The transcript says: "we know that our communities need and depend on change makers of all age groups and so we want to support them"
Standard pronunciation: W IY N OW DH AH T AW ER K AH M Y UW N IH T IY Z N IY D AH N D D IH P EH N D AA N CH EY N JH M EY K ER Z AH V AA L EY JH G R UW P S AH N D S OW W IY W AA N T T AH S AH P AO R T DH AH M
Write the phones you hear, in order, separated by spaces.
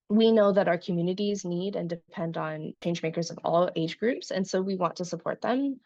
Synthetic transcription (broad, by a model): W IY N OW DH AH T AW ER K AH M Y UW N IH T IY Z N IY D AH N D D IH P EH N D N CH EY N JH M EY K ER Z AH V AA L EY JH G R UW P S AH N S OW W IY W AA N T T AH S AH P AO R T DH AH M